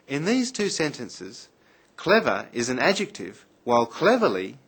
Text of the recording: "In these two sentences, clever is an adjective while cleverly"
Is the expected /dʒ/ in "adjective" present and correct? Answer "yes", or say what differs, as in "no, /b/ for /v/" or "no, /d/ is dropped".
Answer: yes